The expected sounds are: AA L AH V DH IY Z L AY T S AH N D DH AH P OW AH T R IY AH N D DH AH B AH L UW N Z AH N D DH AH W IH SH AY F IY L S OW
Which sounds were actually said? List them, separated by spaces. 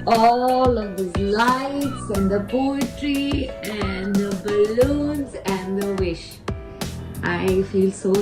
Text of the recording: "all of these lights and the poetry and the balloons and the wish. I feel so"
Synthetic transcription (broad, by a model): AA L AH V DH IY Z L AY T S AH N D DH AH P OW AH T R IY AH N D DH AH B AH L UW N Z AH N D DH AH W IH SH AY F IY L S OW